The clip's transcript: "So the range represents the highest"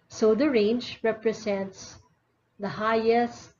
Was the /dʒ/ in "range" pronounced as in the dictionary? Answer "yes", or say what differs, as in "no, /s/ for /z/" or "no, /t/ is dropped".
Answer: yes